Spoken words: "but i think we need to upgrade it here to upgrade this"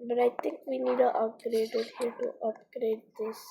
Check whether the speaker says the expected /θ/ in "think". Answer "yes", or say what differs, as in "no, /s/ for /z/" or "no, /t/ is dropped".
no, /t/ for /θ/